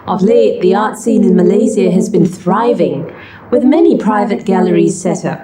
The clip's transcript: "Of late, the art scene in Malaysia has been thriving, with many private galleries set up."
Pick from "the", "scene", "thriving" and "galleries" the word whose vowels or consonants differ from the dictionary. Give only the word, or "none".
none